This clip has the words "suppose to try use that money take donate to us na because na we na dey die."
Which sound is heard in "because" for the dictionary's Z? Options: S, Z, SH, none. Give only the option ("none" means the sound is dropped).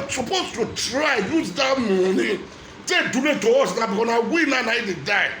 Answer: none